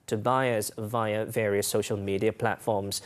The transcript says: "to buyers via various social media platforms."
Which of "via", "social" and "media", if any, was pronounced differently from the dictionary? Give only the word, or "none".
none